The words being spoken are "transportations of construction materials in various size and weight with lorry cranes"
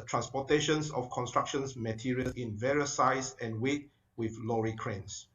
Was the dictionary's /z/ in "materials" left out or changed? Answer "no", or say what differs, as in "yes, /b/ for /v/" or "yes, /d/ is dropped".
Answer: yes, /z/ is dropped